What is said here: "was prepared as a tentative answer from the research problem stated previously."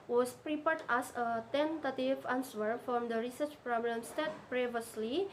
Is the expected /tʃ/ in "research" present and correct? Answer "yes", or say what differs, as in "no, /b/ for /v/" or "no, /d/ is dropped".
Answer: yes